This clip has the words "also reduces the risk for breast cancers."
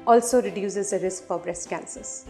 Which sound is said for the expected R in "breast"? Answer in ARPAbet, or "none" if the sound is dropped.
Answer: R